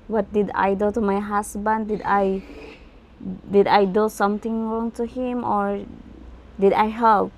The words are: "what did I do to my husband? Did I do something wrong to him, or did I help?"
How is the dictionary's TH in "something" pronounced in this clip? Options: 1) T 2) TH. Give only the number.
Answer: 1